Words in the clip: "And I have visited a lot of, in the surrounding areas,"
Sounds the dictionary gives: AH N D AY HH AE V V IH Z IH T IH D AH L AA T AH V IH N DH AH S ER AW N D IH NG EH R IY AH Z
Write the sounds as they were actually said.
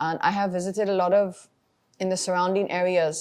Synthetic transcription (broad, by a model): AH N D AY HH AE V V IH Z IH T IH D AH L AA T AH V IH N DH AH S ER AW N D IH NG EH R IY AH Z